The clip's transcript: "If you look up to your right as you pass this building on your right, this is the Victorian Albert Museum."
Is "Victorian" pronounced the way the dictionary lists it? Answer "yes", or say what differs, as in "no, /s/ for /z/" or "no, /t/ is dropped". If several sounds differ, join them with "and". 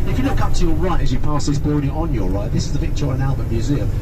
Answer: no, /p/ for /v/